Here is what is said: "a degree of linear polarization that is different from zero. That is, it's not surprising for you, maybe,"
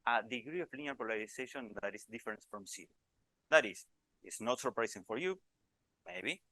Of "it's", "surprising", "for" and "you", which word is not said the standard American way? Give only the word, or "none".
surprising